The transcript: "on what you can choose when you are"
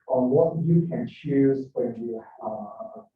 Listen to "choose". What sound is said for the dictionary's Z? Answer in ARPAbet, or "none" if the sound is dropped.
Z